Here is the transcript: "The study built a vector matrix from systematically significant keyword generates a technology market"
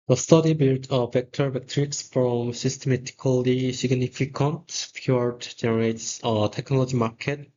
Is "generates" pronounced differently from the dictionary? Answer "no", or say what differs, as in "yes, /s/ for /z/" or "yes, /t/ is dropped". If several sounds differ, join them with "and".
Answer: no